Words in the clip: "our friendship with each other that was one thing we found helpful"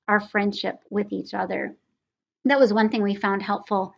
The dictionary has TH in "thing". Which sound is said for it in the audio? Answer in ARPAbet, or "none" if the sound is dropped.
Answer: TH